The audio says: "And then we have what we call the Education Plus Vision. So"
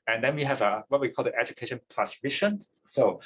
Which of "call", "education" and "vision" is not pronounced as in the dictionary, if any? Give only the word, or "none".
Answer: vision